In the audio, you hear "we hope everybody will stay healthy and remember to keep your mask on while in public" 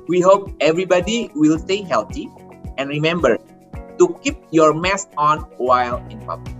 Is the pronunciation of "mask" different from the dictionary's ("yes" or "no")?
yes